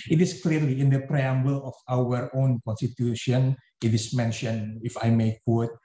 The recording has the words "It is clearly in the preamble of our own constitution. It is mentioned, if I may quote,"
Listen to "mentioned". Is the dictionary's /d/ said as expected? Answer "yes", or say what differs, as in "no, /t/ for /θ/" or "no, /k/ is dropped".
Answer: no, /d/ is dropped